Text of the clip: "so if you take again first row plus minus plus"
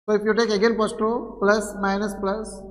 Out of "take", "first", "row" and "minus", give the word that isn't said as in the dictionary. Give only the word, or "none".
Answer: first